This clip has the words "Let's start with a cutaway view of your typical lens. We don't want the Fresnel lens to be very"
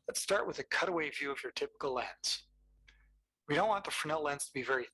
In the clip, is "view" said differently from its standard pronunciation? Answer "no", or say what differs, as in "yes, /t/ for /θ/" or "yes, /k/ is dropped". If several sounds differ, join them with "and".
no